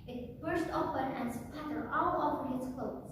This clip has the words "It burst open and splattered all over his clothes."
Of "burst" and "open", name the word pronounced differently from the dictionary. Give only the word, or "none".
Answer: none